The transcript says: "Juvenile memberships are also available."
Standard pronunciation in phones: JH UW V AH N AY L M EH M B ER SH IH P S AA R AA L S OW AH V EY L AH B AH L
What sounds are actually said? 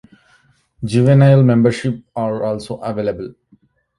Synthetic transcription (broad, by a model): JH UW V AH N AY L M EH M B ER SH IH P AA R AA L S OW AH V EY L AH B AH L